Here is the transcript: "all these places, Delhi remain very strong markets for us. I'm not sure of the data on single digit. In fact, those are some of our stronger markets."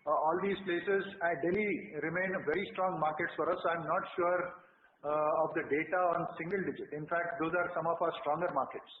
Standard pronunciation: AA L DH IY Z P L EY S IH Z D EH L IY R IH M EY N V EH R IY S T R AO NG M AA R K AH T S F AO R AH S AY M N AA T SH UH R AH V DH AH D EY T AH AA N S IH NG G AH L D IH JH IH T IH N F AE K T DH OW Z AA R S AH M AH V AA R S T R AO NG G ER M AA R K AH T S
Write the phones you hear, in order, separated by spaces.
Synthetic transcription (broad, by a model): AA L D IY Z P L EY S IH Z D EH L IY R IH M EY N V EH R IY S T R AO NG M AA R K AH T S F AO R AH S AY M N AA T SH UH R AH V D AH D EY T AH AA N S IH NG G AH L D IH JH IH T IH N F AE K T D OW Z AA R S AH M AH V AA R S T R AO NG G ER M AA R K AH T S